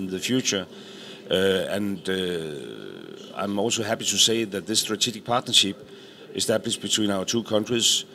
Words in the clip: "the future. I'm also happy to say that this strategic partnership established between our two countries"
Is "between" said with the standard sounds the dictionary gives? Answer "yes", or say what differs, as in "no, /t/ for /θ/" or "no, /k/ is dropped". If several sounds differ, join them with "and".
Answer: no, /s/ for /t/